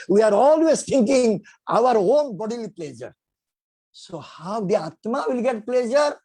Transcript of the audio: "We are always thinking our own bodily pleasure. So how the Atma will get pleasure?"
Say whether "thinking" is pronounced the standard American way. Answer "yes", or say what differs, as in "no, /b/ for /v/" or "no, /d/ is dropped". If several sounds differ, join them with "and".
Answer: no, /t/ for /θ/